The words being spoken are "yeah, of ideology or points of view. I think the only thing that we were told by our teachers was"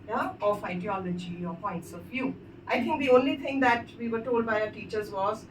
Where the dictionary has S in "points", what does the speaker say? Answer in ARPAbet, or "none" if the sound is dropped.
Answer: S